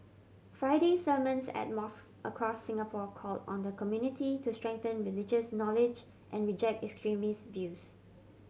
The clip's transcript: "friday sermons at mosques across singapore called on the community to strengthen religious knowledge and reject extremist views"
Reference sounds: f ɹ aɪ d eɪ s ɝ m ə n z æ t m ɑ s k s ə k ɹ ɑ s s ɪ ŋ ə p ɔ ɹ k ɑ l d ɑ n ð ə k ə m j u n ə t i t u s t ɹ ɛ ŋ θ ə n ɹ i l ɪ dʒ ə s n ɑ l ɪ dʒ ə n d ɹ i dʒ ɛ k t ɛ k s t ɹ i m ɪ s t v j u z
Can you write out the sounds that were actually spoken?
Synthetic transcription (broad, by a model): f ɹ aɪ d eɪ s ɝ m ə n s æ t m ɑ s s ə k ɹ ɑ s s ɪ ŋ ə p ɔ k ɑ l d ɑ n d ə k ə m j u n ə t i t u s t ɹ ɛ ŋ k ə n ɹ i l ɪ dʒ ə s n ɑ l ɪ dʒ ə n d ɹ i dʒ ɛ k t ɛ k s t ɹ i m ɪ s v j u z